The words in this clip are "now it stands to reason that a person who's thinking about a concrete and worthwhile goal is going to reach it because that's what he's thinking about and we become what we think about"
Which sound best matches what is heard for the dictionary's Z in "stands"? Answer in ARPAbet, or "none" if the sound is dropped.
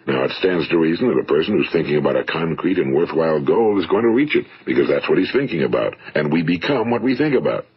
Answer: Z